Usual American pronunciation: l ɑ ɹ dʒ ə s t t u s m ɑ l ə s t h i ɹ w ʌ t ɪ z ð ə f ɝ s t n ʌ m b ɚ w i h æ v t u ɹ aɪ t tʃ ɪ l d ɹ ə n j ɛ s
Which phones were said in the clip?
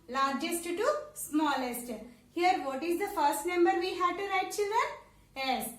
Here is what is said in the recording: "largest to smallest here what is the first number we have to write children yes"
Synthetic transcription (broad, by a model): l ɑ ɹ dʒ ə s t t u s m ɑ l ə s t h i ɹ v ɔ t ɪ z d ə f ɝ s t n ʌ m b ɚ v i h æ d t u ɹ aɪ t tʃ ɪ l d ə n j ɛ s